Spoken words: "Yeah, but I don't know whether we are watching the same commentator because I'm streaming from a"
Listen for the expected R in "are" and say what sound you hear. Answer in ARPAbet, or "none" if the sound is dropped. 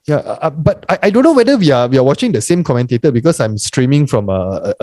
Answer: W